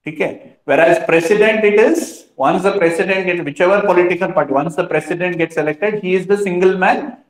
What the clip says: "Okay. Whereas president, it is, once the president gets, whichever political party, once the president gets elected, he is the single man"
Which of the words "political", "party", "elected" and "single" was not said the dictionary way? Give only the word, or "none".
none